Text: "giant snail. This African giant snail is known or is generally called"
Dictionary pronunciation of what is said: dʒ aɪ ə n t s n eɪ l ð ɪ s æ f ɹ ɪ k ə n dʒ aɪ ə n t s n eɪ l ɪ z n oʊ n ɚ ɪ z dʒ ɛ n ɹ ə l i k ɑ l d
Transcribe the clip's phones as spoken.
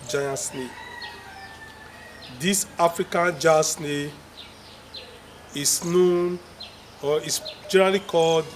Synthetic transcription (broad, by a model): dʒ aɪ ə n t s n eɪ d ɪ s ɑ f ɹ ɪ k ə n dʒ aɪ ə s n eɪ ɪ s n oʊ n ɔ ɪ s dʒ ɛ n ɹ ə l i k ɑ l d